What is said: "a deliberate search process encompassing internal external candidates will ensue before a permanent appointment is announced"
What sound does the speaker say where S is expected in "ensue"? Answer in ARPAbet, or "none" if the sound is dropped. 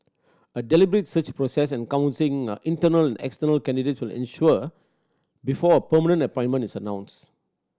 SH